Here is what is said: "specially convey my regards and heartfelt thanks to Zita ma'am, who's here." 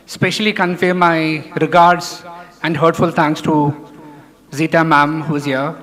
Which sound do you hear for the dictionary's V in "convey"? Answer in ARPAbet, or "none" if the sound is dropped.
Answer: F